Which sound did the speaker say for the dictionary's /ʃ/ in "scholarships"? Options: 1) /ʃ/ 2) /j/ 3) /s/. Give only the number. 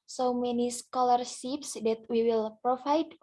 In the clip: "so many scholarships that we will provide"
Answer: 3